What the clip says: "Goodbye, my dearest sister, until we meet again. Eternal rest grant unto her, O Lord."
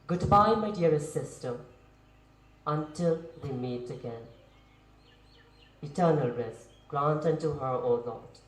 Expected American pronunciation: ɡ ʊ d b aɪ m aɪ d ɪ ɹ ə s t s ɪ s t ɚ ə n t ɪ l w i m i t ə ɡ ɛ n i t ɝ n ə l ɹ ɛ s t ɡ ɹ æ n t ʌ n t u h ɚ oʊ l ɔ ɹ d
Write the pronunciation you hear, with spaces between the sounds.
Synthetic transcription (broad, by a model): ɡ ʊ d b aɪ m aɪ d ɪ ə t s ɪ s t ɚ ə n t ɪ l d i m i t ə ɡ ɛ n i t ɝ n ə l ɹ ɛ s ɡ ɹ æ n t ʌ n t u h ɚ oʊ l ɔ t